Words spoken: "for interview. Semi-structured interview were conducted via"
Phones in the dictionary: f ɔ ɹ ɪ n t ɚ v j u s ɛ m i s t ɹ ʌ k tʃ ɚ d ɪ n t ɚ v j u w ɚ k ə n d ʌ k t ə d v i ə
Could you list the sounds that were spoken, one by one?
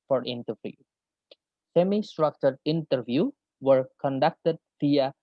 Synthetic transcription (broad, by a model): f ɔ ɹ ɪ n t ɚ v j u s ɛ m i s t ɹ ʌ k tʃ ɚ d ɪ n t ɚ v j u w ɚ k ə n d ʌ k t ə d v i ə